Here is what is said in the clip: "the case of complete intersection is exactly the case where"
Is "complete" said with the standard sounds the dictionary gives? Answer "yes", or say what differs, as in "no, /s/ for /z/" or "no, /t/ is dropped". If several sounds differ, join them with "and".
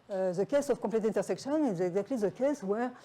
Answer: no, /m/ is dropped